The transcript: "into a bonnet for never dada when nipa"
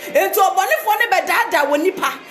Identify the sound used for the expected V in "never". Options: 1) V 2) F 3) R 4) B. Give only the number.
4